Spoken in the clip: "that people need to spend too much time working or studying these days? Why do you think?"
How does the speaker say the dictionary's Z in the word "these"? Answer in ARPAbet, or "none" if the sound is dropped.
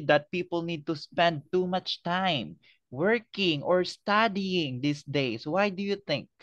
S